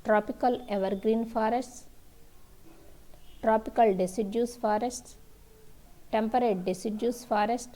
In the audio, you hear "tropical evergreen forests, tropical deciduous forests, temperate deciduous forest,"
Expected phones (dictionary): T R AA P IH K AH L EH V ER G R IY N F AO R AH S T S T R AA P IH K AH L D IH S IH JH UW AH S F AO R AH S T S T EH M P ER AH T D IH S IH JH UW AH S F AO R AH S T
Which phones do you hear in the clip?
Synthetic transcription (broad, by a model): T R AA P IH K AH L EH V ER G R IY N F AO R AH S T S T R AA P IH K AH L D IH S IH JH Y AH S F AO R AH S T S T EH M P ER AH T D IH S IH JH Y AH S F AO R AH S T